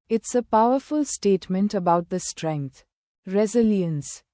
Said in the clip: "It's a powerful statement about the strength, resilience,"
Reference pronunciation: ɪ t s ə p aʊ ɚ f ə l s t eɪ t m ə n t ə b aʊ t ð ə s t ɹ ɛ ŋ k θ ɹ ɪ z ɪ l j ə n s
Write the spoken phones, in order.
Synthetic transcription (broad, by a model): ɪ t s ə p aʊ ɚ f ə l s t eɪ t m ə n t ə b aʊ t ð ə s t ɹ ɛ ŋ k t ɹ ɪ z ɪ l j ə n s